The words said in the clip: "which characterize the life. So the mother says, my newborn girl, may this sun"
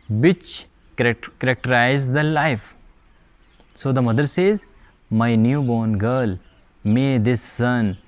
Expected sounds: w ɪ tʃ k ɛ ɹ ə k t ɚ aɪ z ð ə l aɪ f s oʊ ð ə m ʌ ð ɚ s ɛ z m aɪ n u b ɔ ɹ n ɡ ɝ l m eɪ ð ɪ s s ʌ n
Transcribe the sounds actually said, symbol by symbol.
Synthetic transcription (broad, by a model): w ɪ tʃ k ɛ ɹ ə k t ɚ aɪ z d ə l aɪ f s oʊ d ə m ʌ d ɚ s ɛ z m aɪ n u b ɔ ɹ n ɡ ɝ l m eɪ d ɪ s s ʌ n